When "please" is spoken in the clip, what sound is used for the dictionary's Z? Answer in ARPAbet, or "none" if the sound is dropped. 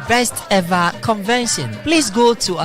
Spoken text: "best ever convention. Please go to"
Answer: S